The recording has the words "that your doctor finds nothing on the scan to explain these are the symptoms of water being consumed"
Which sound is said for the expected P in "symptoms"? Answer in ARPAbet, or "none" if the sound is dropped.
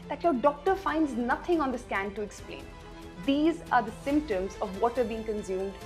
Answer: P